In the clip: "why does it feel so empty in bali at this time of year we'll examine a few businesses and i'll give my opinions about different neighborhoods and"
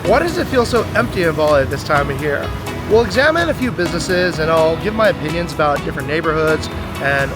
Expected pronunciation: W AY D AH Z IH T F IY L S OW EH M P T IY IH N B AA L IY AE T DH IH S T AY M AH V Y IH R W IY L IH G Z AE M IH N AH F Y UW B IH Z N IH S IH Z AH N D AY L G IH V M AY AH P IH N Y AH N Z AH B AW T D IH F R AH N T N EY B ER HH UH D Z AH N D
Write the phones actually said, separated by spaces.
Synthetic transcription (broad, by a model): W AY D AH Z IH T F IY L S OW EH M P T IY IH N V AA L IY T DH IH S T AY M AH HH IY R W IY L IH G Z AE M IH N AH F Y UW B IH Z N IH S IH Z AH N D AY L G IH V M AY AH P IH N Y AH N Z AH B AW T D IH F R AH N N EY B ER HH UH D Z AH N